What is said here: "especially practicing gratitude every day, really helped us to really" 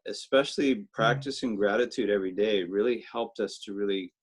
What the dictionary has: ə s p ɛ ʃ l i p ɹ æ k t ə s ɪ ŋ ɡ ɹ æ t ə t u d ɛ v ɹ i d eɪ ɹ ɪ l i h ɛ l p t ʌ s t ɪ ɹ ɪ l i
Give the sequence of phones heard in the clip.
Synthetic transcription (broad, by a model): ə s p ɛ ʃ l i p ɹ æ k t ə s ɪ ŋ ɡ ɹ æ t ə t u d ɛ v ɹ i d eɪ ɹ ɪ l i h ɛ l p t ʌ s t ɪ ɹ ɪ l i